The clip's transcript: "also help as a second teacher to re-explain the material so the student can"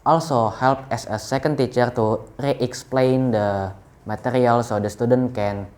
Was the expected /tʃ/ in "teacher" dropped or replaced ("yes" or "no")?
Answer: no